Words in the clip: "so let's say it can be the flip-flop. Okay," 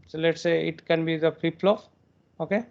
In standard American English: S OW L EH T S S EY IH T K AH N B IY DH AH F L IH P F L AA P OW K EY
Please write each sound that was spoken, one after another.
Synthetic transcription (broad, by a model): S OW L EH T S S EY IH T K AH N B IY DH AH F IH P L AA F OW K EY